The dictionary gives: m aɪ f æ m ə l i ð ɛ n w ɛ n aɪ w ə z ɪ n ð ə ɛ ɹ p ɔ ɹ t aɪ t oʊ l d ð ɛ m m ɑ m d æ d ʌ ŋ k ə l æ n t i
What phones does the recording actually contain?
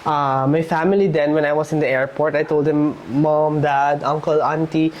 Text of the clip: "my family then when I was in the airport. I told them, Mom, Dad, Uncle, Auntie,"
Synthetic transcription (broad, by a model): m aɪ f æ m ə l i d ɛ n w ɛ n aɪ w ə s ɪ n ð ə ɛ ɹ p ɔ ɹ t aɪ t oʊ l d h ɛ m m ɑ m d æ d ʌ ŋ k ə l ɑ n t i